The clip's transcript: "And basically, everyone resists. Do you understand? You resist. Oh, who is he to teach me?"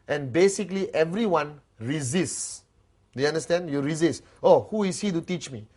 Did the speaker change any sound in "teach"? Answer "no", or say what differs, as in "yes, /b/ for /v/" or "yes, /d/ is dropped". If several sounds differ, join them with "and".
no